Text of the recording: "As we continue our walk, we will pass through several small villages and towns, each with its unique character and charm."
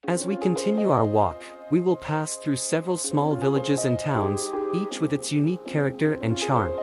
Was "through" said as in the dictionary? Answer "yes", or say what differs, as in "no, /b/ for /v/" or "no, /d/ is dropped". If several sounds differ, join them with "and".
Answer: yes